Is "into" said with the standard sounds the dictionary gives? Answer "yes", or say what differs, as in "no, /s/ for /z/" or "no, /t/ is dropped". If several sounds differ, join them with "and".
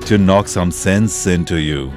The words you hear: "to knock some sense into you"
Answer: yes